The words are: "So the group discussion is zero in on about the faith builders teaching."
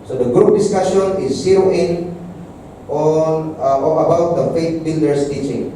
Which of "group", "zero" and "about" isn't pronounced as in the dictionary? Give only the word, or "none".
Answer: zero